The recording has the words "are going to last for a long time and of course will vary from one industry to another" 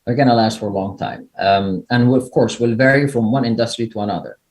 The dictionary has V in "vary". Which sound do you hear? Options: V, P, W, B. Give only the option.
V